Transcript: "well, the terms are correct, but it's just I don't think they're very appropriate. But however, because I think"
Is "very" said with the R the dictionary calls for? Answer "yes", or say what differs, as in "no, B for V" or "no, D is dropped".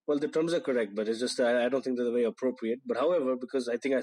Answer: no, R is dropped